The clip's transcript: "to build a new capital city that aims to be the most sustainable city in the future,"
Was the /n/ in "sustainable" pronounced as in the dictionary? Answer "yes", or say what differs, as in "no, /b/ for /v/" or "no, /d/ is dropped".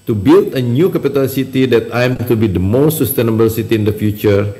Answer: yes